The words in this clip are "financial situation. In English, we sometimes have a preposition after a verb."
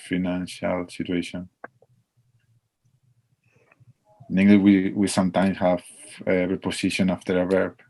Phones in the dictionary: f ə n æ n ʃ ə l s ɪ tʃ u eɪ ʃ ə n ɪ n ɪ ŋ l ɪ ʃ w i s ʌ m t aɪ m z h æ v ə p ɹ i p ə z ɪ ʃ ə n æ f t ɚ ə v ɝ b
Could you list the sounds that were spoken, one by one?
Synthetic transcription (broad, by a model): f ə n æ n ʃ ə l s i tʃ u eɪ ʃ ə n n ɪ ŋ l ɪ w w i s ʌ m t aɪ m s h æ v ə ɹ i p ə s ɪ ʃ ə n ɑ f t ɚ ə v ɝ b